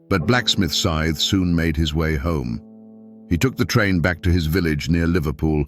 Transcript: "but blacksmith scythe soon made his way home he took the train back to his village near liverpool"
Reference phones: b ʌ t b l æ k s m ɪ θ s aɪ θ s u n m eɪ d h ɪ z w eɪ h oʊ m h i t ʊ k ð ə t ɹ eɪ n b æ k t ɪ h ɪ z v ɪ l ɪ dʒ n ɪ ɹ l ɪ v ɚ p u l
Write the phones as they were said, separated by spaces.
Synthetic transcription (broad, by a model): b ʌ t b l æ k s m ɪ θ s aɪ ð s u n m eɪ d ɪ z w eɪ h oʊ m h i t ʊ k ð ə t ɹ eɪ n b æ k t ɪ ɪ z v ɪ l ɪ dʒ n ɪ ɹ l ɪ v ɚ p u l